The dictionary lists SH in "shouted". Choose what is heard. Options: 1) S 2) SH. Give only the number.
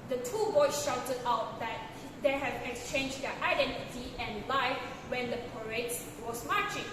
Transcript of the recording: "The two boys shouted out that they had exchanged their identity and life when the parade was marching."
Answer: 2